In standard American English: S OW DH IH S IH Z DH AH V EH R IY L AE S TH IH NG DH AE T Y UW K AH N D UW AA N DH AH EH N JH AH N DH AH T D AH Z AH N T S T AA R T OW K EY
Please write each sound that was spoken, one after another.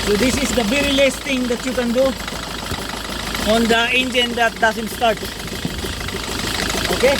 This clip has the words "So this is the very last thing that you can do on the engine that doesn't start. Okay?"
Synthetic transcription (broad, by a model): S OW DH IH S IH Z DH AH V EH R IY L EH S T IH NG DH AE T Y UW K AH N D UW AA N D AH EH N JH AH N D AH T D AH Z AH N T S T AA R T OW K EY